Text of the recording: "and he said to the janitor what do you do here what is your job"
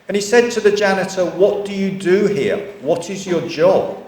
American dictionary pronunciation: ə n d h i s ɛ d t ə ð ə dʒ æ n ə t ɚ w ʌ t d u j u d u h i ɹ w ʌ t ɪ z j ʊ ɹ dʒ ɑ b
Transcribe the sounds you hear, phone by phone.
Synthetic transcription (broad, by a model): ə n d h i s ɛ d t ə ð ə dʒ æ n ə t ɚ w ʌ t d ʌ j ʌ d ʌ h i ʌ w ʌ t ɪ z j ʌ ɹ dʒ ɑ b